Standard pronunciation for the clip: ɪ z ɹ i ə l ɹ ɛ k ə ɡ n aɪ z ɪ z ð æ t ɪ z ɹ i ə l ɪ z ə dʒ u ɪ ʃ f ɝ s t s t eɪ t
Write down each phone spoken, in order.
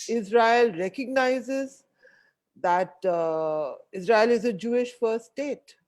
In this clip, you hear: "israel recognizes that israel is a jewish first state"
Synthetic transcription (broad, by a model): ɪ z ɹ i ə l ɹ ɛ k ə ɡ n aɪ z ɪ z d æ t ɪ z ɹ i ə l ɪ z ə dʒ u ɪ ʃ f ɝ t s t eɪ t